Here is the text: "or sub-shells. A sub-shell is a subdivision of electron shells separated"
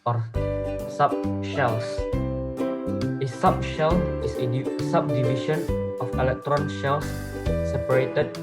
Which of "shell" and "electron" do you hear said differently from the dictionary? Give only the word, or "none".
none